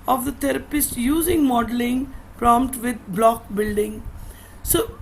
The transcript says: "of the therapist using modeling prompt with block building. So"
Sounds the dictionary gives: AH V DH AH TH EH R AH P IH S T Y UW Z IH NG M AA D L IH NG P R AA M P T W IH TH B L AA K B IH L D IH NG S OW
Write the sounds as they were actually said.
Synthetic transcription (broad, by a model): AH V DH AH T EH R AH P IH S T Y UW Z IH NG M AA D L IH NG P R AA M P T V IH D B L AA K B IH L D IH NG S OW